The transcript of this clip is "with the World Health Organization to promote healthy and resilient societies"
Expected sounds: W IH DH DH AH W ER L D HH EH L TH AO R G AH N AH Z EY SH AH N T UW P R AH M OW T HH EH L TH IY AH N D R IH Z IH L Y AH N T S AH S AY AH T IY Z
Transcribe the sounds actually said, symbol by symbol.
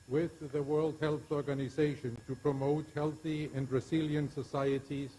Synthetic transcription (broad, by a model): W IH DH DH AH W ER L D HH EH L TH AO R G AH N AH Z EY SH AH N T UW P R AH M OW T HH EH L TH IY AH N D R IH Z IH L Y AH N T S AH S AY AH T IY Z